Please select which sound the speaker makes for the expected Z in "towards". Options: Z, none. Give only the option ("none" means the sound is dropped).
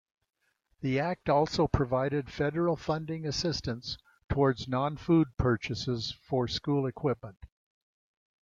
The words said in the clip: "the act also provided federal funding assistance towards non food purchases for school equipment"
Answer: Z